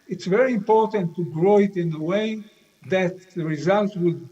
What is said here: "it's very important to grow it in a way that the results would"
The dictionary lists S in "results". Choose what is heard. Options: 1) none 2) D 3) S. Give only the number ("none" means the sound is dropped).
1